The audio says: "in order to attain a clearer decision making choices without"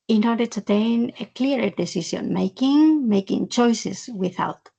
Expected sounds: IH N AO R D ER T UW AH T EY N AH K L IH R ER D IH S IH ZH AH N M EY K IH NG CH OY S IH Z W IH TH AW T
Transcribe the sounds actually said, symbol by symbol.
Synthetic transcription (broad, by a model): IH N AO R D ER T UW T EY N AH K L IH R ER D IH S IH S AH N M EY K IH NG CH OY S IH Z W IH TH AW T